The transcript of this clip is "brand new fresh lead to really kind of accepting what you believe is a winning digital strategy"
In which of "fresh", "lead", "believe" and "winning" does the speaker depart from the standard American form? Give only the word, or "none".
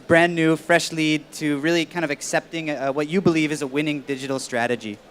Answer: none